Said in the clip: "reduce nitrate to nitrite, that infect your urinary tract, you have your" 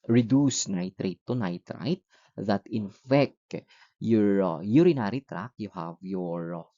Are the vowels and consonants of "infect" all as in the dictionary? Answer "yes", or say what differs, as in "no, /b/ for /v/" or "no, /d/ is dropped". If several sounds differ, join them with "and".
yes